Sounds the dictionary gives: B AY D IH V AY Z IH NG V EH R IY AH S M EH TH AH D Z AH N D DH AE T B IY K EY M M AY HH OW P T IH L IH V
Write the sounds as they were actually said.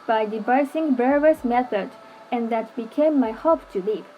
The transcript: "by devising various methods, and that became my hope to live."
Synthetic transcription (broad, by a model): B AY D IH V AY S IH NG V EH R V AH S M EH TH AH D AH N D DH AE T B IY K EY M M AY HH OW P T IH L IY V